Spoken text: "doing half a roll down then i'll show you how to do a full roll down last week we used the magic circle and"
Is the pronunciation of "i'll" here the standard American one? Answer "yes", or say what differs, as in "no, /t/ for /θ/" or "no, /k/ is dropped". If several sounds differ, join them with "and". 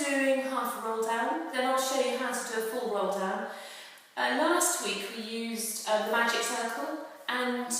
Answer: yes